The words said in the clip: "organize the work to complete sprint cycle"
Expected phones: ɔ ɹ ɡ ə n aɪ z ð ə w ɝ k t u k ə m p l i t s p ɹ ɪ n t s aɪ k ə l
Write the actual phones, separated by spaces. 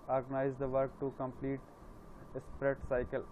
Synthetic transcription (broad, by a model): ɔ ɹ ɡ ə n aɪ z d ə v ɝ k t u k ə m p l i t s p ɹ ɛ t s aɪ k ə l